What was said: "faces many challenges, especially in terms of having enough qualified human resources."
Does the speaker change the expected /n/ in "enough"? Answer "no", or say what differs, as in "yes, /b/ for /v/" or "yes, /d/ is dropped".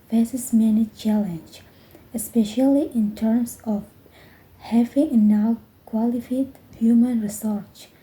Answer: yes, /n/ is dropped